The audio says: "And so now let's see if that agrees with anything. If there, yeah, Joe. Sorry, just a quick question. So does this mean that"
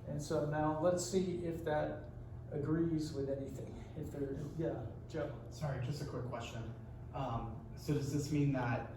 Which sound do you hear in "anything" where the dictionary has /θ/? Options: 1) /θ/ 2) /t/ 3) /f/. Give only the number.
1